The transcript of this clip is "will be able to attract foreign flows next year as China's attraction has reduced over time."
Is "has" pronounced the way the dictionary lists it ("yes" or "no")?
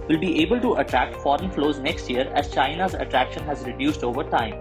yes